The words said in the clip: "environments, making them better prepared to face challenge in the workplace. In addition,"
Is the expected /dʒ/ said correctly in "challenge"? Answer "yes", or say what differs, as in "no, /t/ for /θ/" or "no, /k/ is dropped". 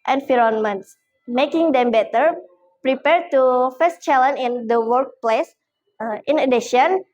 no, /dʒ/ is dropped